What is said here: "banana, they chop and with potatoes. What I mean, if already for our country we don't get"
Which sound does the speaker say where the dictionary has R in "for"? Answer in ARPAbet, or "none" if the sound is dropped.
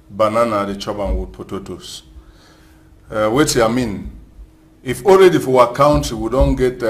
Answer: W